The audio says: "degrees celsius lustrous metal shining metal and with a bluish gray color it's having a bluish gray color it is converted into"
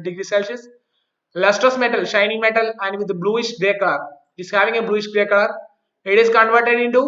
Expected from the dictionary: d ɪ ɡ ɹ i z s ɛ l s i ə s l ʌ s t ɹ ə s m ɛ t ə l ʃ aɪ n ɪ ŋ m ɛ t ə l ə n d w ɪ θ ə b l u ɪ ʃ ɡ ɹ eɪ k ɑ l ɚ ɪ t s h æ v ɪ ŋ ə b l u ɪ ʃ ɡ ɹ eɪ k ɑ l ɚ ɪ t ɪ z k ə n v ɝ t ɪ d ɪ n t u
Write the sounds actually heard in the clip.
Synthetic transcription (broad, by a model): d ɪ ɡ ɹ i s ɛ l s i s l ʌ s t ɹ ə s m ɛ t ə l ʃ aɪ n ɪ ŋ m ɛ t ə l ə n d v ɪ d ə b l u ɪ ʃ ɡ ɹ eɪ k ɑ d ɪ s h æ v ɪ ŋ ə b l u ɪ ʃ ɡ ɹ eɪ k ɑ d ɪ t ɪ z k ə n v ɝ t ɪ d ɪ n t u